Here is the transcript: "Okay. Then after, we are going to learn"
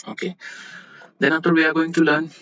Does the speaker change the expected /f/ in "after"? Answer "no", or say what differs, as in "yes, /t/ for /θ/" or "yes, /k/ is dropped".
yes, /f/ is dropped